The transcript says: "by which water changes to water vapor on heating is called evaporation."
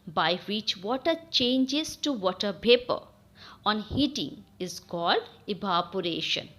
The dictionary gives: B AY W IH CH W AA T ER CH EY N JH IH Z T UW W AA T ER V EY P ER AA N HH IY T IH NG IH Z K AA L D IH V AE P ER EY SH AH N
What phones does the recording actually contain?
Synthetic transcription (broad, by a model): B AY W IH CH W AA T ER CH EY N JH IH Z T UW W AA T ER P EY P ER AA N HH IY T IH NG IH Z K AA L D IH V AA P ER EY SH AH N